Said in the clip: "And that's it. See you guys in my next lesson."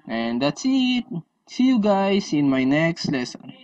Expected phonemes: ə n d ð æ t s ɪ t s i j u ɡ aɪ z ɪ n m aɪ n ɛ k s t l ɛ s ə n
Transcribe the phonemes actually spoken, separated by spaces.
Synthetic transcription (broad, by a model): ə n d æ t s ɪ t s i j u ɡ aɪ s ɪ n m aɪ n ɛ k s t l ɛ s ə n